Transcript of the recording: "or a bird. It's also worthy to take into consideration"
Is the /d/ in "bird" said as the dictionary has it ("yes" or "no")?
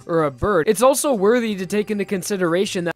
no